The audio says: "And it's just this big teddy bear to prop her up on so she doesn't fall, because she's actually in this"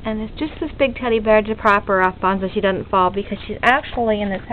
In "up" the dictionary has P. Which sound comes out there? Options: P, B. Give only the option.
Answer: B